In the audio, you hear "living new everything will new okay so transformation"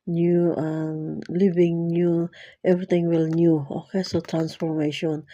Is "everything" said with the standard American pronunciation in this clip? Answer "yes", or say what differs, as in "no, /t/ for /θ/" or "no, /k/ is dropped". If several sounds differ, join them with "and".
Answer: no, /t/ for /θ/